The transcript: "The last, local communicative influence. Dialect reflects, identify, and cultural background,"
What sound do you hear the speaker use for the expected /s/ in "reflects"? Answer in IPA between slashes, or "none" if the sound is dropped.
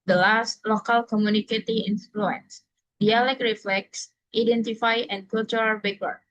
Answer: /s/